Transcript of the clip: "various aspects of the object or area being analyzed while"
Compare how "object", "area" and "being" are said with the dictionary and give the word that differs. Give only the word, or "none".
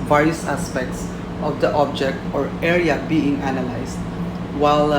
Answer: none